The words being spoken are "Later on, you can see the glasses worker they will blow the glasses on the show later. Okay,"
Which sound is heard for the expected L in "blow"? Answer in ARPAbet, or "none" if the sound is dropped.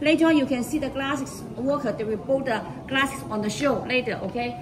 none